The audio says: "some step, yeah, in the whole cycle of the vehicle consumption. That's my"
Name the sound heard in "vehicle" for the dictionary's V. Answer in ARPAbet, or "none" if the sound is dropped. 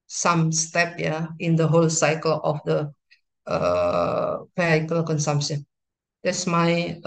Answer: P